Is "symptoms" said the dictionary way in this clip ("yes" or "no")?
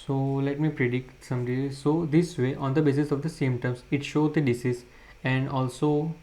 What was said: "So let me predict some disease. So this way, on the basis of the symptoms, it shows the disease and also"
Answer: no